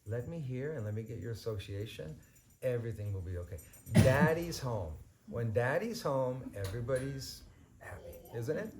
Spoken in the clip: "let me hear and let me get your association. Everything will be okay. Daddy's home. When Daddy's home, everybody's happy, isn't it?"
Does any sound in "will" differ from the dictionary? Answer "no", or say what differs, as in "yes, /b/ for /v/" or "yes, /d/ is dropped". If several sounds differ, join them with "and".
no